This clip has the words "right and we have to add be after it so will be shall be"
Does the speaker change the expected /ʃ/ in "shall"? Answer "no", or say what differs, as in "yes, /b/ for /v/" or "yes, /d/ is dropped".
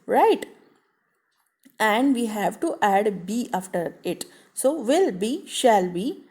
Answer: no